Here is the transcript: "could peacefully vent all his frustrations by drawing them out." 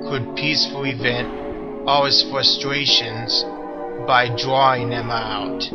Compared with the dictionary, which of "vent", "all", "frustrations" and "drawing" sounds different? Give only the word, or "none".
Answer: none